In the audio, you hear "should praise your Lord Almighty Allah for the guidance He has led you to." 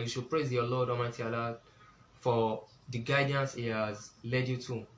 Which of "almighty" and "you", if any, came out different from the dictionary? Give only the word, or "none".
almighty